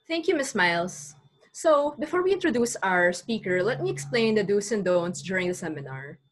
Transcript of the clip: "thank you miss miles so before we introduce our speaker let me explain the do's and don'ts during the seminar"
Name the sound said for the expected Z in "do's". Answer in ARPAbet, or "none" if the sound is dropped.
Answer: S